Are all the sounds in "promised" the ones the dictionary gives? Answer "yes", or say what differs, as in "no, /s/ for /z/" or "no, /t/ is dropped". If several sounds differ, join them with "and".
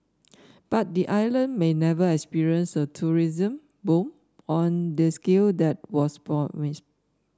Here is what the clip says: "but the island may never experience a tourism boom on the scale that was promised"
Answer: no, /ɹ/ is dropped and /ʃ/ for /s/